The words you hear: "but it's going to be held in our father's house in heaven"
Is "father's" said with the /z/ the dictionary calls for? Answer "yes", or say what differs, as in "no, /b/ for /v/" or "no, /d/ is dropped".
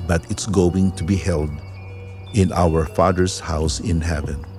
no, /s/ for /z/